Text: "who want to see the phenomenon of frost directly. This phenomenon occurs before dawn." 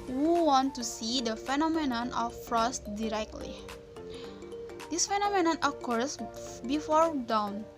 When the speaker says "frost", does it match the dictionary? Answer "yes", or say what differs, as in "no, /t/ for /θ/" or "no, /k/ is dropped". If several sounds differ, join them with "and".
yes